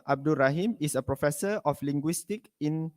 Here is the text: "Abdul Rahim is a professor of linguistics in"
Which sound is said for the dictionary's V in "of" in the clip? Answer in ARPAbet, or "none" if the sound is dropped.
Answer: F